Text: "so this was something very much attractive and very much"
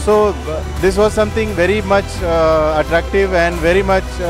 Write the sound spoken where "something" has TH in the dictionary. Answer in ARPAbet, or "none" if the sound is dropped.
T